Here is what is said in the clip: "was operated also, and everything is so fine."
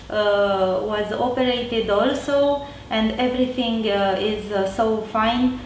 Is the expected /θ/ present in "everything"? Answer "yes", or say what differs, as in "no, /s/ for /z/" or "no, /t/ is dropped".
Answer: no, /t/ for /θ/